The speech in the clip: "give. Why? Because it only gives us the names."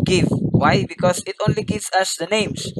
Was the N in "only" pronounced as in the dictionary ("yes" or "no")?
yes